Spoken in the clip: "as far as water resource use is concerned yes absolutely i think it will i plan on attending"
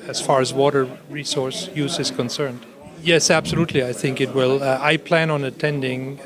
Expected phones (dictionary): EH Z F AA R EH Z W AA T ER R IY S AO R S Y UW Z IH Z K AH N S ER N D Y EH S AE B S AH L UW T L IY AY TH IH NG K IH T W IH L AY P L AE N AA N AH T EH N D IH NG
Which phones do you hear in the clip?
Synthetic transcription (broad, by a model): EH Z F AA R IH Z W AA T ER R IY S AO R S Y UW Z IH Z K AH N S ER N D Y EH S AE B S AH L UW T L IY AY TH IH NG K IH T W IH L AY P L AE N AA N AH T EH N D IH NG